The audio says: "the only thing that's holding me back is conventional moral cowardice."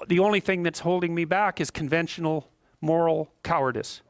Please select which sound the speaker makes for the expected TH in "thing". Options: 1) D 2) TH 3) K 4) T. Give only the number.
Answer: 2